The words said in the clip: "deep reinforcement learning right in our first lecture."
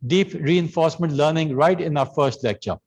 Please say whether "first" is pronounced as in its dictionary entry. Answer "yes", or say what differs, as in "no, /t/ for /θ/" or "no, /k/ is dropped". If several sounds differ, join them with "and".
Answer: yes